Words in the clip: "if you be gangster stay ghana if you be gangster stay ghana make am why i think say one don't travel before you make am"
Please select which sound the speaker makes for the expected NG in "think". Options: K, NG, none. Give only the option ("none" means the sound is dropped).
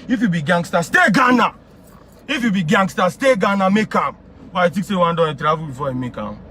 none